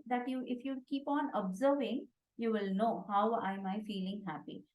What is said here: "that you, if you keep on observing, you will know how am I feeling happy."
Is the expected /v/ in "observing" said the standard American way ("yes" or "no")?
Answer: yes